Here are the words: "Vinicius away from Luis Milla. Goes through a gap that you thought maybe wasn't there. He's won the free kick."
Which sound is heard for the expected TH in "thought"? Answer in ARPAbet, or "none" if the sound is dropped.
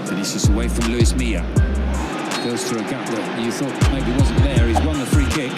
TH